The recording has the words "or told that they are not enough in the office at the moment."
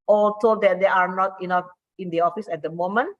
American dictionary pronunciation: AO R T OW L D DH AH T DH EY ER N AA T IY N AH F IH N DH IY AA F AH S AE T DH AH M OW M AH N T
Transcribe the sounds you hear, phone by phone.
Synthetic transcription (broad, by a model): AO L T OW D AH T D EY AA N AA T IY N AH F IH N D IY AA F AH S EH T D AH M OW M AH N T